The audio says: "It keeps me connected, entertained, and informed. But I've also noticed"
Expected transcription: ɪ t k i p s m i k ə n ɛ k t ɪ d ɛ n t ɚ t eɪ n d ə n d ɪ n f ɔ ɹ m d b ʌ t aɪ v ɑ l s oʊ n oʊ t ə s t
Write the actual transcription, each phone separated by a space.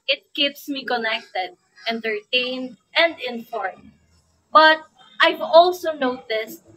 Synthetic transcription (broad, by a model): ɪ t k i p s m i k ə n ɛ k t ɪ d ɛ n t ɚ t eɪ n d ə n d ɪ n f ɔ ɹ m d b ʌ t aɪ v ɑ l s oʊ n oʊ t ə s t